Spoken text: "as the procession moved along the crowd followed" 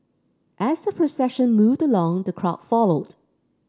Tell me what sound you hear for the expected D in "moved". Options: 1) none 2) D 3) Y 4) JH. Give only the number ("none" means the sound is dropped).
2